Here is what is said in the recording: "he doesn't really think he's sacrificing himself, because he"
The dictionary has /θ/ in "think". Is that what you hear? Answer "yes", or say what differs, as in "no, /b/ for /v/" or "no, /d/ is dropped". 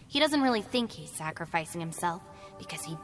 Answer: yes